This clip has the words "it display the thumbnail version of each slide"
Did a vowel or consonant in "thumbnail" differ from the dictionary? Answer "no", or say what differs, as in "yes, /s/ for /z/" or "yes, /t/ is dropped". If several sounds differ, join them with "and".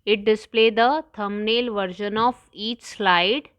yes, /t/ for /θ/